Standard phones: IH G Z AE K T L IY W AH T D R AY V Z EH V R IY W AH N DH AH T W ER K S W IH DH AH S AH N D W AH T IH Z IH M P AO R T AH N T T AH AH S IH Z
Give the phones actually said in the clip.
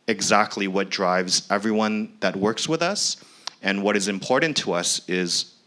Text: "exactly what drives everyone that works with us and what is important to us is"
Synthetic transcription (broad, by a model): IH G Z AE K T L IY W AH T D R AY V Z EH V R IY W AH N DH AH T W ER K S W IH DH AH S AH N W AH T IH Z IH M P AO R T N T T AH AH S IH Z